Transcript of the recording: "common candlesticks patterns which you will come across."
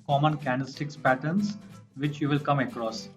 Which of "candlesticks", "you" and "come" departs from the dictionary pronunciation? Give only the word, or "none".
candlesticks